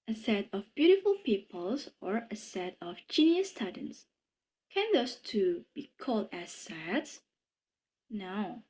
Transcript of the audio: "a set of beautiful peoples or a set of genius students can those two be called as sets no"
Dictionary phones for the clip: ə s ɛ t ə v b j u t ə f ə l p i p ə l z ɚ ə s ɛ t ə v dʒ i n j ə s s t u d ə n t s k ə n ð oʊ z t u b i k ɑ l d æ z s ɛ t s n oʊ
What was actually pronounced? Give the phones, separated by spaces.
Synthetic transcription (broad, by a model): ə s ɛ t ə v b j u t ə f ə l p i p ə l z ɚ ə s ɛ t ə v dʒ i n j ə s s t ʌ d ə n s k ə n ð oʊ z t u b i k ɑ l d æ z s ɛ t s n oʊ